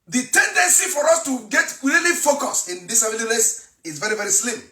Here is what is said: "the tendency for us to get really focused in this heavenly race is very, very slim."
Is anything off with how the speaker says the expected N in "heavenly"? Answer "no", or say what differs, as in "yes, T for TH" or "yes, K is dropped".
yes, N is dropped